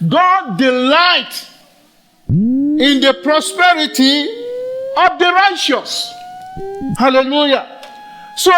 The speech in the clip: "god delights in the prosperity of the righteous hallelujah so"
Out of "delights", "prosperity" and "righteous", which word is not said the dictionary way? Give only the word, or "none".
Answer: delights